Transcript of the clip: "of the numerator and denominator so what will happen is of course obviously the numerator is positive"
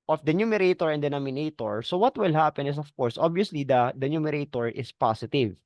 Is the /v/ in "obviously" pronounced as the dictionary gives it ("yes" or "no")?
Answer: no